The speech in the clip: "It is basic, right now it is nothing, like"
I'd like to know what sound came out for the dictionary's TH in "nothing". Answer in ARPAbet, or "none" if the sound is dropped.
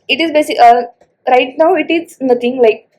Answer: T